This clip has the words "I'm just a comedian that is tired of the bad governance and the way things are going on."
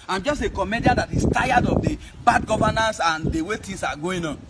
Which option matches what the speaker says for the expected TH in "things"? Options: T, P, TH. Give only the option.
T